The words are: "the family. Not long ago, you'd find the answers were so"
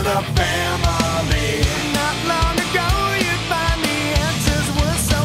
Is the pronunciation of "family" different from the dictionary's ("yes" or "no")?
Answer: yes